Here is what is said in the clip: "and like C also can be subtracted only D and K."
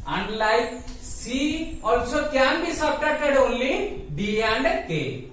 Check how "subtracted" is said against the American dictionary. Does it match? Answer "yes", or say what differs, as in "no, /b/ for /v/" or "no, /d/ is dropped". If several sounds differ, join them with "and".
no, /ɹ/ is dropped